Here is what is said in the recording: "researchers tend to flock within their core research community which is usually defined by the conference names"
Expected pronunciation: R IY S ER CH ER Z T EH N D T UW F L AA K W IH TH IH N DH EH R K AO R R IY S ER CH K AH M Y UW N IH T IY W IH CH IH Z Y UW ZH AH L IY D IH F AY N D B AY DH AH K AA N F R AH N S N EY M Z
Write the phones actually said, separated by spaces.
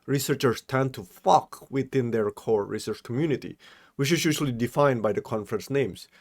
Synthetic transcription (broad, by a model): R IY S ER CH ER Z T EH N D T UW F AA K W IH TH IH N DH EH R K AO R R IY S ER CH K AH M Y UW N IH T IY W IH CH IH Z Y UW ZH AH L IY D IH F AY N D B AY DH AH K AA N F R AH N S N EY M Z